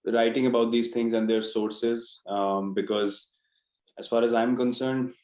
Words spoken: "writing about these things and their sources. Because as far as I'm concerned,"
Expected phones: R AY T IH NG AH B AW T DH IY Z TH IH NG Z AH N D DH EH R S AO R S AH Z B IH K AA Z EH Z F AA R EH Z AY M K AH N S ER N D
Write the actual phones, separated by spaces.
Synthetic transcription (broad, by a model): R AY T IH NG AH B AW T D IY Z T IH NG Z AH N D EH R S AO R S AH Z B IH K AA Z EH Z F AA R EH Z AY M K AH N S ER N D